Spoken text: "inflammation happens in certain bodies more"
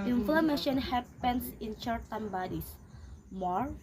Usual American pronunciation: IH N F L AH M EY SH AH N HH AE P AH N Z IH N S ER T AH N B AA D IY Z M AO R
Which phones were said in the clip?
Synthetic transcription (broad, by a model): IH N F L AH M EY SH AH N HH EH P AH N S IH N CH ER T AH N B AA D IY S M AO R